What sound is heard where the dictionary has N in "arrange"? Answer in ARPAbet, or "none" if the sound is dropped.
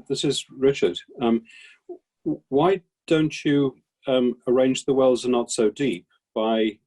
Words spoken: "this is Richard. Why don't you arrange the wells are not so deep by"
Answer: N